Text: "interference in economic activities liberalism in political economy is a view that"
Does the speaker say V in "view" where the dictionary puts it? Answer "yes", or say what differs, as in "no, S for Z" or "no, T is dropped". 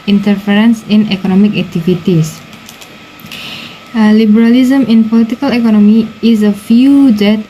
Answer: no, F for V